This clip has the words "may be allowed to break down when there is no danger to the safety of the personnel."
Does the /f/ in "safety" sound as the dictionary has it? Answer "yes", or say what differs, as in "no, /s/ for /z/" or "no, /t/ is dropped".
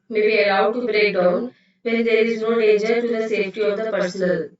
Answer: yes